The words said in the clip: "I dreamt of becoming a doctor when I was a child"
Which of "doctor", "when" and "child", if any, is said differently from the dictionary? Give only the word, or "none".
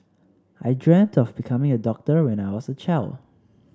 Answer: child